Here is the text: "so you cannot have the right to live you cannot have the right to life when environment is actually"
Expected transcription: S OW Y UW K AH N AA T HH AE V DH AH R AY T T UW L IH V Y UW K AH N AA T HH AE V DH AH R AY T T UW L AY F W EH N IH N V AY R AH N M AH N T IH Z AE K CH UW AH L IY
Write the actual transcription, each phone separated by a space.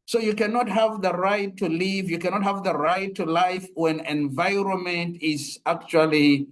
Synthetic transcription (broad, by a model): S OW Y UW K AH N AA T HH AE V DH AH R AY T T UW L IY V Y UW K AH N AA T HH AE V DH AH R AY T T UW L AY F W EH N IH N V AY R AH N M AH N T IH Z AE K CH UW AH L IY